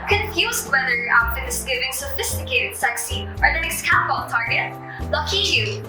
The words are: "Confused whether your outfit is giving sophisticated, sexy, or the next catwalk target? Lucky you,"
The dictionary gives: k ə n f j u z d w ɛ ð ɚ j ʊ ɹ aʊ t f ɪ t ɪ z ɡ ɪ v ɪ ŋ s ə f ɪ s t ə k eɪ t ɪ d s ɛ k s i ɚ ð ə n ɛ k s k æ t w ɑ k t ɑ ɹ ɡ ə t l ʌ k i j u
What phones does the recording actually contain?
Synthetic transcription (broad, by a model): k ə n f j u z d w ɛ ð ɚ ɹ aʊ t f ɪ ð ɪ s ɡ ɪ v ɪ ŋ s ə f ɪ s t ə k eɪ t ɪ d s ɛ k s i ɚ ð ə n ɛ s k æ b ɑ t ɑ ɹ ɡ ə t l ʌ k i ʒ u